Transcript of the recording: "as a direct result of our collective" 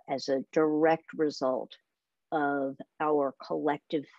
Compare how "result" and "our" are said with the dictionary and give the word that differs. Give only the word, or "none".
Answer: none